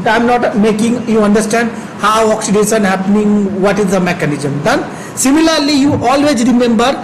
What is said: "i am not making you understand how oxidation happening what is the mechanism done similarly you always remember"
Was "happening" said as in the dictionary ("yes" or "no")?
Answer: yes